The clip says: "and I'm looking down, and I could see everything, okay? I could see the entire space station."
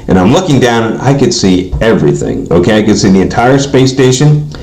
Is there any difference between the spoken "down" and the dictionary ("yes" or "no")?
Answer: yes